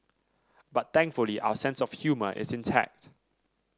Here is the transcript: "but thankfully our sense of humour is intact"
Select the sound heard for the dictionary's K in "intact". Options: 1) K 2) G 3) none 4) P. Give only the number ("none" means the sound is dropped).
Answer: 1